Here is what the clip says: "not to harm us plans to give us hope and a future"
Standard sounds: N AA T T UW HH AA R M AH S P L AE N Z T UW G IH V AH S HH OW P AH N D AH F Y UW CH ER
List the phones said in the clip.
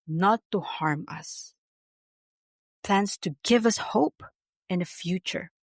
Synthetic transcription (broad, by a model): N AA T T UW HH AA R M AH S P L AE N S T UW G IH V AH S HH OW P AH N AH F Y UW CH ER